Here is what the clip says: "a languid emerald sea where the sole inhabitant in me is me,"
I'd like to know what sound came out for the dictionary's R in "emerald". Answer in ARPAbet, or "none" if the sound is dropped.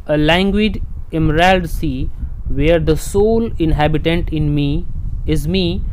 R